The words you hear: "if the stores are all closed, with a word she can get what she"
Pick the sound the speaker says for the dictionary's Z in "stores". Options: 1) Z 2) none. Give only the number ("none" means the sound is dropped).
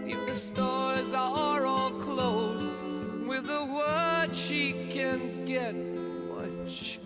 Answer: 1